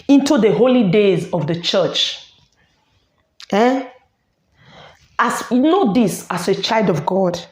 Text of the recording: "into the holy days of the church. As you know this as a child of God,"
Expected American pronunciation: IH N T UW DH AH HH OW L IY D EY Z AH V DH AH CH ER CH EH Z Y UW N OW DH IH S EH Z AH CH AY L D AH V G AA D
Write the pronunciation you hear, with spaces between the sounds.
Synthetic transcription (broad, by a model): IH N T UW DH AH HH OW L IY D EY Z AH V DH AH CH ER CH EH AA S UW N OW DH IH S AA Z AH CH AY L D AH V G AA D